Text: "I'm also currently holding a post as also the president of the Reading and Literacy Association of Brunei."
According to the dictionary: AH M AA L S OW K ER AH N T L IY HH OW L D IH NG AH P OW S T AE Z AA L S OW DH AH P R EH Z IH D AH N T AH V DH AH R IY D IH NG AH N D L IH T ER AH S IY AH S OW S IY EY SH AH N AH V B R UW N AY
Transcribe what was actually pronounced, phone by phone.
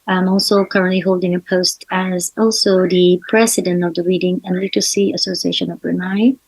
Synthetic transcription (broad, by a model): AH M AA L S OW K ER AH N T L IY HH OW L D IH NG AH P OW S T AE Z AA L S OW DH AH P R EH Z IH D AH N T AH V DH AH R IY D IH NG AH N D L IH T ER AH S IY AH S OW S IY EY SH AH N AH V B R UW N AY